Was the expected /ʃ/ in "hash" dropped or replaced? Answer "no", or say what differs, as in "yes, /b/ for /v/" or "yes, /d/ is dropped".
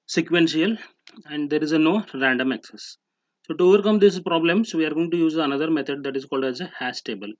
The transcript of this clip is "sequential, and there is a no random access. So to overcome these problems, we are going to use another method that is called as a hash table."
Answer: yes, /s/ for /ʃ/